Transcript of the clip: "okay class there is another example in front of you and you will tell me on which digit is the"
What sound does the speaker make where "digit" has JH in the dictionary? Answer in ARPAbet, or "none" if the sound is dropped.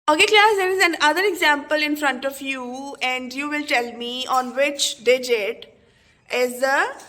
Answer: JH